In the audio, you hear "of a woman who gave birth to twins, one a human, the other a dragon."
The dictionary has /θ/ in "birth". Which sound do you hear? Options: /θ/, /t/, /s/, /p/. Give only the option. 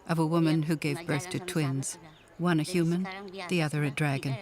/θ/